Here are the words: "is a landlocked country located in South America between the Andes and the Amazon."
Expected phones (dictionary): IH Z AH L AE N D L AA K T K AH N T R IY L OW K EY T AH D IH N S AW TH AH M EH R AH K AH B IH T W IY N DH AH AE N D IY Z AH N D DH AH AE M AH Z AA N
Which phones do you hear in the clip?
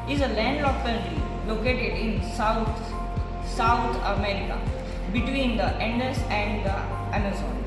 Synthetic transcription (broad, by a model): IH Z AH L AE N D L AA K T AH T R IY L OW K EY T AH D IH N S AW T AH M EH R AH K AH B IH T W IY N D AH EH N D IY S AH N D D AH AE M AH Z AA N